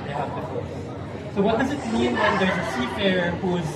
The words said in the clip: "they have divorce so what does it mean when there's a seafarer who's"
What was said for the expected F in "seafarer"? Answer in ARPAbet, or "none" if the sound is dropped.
P